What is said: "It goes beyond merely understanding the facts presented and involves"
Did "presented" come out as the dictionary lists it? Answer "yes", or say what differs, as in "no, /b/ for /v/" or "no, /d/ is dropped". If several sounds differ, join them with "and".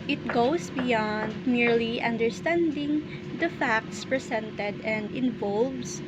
no, /s/ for /z/